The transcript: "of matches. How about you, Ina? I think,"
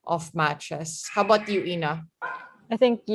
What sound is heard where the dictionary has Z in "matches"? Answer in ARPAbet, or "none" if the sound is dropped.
S